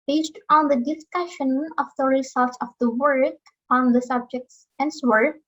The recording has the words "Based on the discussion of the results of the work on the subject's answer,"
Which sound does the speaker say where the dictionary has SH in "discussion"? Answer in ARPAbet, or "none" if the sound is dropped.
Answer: SH